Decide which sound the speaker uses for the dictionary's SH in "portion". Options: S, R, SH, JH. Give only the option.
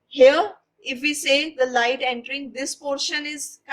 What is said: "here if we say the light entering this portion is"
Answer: SH